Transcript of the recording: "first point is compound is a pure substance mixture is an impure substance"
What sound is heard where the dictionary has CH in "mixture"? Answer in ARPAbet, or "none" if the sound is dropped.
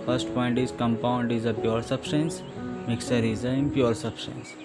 none